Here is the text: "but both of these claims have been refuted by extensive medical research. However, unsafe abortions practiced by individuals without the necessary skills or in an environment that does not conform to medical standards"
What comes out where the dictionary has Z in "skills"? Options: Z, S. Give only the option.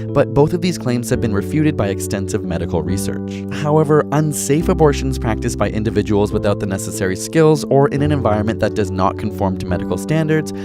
Z